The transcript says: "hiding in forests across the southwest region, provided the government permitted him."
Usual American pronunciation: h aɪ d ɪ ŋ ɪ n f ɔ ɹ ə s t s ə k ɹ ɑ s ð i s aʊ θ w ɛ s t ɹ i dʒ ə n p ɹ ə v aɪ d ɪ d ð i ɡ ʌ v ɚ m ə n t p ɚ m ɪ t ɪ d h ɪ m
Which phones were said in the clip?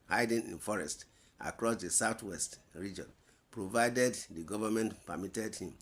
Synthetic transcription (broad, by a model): h aɪ d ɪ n ɪ n f ɔ ɹ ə s t ə k ɹ ɑ s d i s aʊ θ w ɛ s t ɹ i dʒ ə n p ɹ ə v aɪ d ɪ d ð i ɡ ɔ v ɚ m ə n t p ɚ m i t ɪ d h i m